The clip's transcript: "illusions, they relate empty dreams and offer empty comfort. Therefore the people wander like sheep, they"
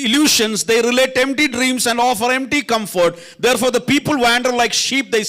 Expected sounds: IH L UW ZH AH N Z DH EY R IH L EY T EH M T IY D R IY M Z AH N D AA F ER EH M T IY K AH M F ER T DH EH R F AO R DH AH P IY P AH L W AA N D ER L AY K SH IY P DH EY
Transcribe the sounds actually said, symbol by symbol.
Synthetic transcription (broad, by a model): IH L UW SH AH N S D EY R IH L EY T EH M T IY D R IY M S AH N D AA F ER EH M T IY K AH M F ER T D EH R F AO R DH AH P IY P AH L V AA N D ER L AY K SH IY P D EY